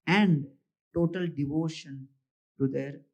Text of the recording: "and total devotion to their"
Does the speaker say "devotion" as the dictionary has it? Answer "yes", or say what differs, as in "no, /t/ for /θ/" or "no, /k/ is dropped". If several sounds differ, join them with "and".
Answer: yes